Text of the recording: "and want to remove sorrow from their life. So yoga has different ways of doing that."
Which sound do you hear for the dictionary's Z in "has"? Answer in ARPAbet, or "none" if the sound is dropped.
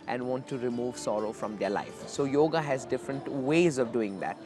Z